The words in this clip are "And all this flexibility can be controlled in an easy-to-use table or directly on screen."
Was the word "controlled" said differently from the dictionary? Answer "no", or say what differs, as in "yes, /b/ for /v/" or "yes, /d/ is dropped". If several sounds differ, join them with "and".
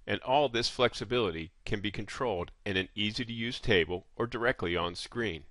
no